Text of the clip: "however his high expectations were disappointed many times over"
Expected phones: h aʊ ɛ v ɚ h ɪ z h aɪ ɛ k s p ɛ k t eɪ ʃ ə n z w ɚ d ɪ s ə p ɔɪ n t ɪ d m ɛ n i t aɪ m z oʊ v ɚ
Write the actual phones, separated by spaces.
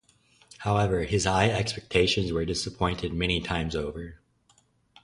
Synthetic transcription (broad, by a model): h aʊ ɛ v ɚ ɪ z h aɪ ɛ k s p ɛ k t eɪ ʃ ə n z w ɚ d ɪ s ə p ɔɪ n t ɪ d m ɛ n i t aɪ m z oʊ v ɚ